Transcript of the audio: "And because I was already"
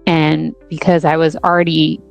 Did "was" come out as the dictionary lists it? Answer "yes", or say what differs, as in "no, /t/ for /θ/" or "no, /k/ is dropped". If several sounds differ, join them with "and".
yes